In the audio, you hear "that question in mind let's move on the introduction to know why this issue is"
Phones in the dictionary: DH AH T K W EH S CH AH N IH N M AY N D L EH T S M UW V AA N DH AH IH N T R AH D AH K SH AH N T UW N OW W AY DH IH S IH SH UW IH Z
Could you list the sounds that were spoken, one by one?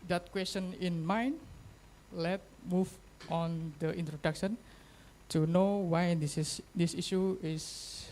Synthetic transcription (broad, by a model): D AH T K W EH S CH AH N IH N M AY N L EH T M UW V AA N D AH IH N T R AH D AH K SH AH N T UW N OW W AY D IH S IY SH UW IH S